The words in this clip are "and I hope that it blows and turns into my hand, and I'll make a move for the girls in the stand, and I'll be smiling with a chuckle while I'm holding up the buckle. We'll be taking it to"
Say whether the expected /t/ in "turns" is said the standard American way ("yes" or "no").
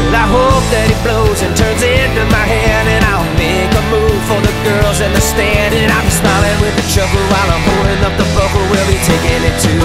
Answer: yes